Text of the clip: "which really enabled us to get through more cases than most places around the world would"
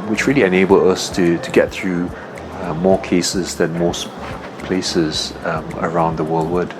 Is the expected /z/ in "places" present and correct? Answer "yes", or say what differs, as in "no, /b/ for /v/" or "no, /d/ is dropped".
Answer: yes